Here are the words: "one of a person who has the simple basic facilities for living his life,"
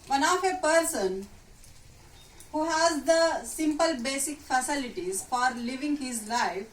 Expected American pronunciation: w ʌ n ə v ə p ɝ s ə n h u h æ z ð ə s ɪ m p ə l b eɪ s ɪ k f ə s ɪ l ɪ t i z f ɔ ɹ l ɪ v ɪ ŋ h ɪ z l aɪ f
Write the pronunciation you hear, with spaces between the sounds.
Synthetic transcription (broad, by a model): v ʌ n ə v ə p ɝ s ə n h u h æ z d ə s ɪ m p ə l b eɪ s ɪ k f ə s ɪ l ɪ t i z f ɔ ɹ l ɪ v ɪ ŋ h ɪ z l aɪ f